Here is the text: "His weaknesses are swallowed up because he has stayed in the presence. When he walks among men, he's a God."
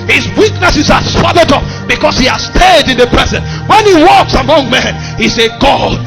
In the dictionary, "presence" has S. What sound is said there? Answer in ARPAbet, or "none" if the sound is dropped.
none